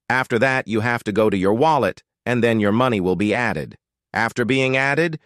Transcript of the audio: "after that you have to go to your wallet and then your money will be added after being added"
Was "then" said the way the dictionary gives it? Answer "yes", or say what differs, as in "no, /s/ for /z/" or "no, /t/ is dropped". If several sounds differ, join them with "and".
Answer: yes